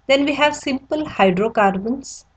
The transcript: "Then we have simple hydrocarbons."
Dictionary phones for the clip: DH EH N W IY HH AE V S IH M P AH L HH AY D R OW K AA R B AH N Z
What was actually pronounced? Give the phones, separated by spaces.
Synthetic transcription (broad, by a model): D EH N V IY HH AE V S IH M P AH L HH AY D R OW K AA R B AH N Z